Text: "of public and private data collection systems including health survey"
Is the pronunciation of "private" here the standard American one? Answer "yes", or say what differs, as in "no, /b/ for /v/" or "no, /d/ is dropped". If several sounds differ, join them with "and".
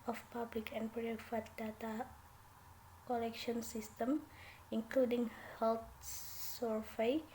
no, /f/ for /v/